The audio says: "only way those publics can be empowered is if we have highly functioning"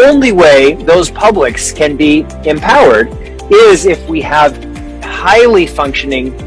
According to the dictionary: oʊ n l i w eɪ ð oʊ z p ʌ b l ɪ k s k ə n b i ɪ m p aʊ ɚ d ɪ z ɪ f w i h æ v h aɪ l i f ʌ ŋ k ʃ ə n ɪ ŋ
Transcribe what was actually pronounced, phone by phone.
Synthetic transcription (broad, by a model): oʊ n l i w eɪ ð oʊ z p ʌ b l ɪ k s k ə n b i ɪ m p aʊ ɚ d ɪ z ɪ f w i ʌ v h aɪ l i f ʌ ŋ k ʃ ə n ɪ ŋ